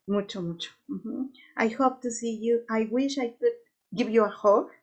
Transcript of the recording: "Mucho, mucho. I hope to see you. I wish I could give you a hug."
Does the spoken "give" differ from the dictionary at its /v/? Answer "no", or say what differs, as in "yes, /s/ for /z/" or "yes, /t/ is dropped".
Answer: yes, /b/ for /v/